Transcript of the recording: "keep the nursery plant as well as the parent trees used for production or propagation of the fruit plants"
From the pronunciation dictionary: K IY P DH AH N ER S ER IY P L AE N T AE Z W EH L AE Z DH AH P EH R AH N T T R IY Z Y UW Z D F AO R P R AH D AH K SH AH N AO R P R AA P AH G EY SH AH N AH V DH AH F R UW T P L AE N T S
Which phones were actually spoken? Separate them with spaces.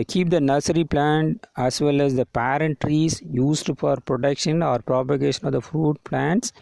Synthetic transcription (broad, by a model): K IY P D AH N ER S ER IY P L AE N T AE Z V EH L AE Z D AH P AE R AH N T T R IY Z Y UW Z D F AO R P R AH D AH K SH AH N AO R P R AA P AH G EY SH AH N AH V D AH F R UW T P L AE N T S